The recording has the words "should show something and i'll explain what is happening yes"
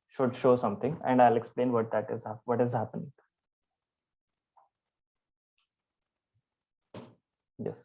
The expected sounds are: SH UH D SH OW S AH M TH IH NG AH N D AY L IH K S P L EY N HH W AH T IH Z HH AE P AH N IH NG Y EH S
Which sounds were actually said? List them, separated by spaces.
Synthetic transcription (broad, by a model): SH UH D SH OW S AH M T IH NG AH N D AY L IH K S P L EY N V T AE T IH Z HH AE P AH N IH NG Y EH S